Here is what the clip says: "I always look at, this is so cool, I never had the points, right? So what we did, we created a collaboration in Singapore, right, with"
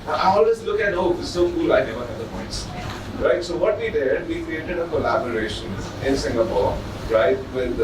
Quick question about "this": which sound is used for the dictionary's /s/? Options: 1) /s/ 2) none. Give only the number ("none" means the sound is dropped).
2